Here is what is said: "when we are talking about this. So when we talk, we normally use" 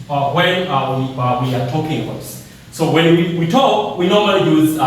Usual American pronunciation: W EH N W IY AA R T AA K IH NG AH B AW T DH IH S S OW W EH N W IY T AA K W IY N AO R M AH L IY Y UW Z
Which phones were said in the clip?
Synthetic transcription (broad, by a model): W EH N W IY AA W T AA K IH NG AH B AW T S S OW W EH N W IY T AA K W IY N AO R M AH L IY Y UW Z